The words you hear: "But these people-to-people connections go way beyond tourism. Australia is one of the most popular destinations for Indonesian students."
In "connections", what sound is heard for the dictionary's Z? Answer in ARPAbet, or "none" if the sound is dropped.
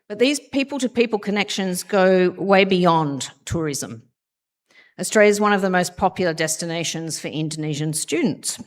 Z